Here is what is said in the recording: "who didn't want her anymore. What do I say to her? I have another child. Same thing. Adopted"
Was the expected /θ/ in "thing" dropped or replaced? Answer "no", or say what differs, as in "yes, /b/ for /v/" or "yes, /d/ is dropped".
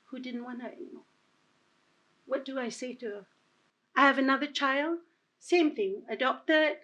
no